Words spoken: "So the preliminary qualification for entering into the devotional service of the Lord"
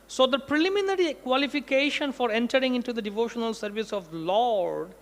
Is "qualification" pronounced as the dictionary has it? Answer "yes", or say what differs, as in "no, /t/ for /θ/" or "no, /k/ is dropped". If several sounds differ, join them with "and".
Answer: yes